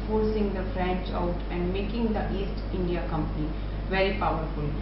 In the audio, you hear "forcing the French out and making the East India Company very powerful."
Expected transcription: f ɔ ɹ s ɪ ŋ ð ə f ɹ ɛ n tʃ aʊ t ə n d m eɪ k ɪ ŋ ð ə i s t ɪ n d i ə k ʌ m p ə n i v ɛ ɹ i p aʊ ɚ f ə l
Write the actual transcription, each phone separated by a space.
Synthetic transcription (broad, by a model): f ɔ ɹ s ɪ ŋ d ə f ɹ ɛ n tʃ aʊ t ə n d m eɪ k ɪ ŋ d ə i s t ɪ n d i ə k ʌ m p ə n i v ɛ ɹ i p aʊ ɚ f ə l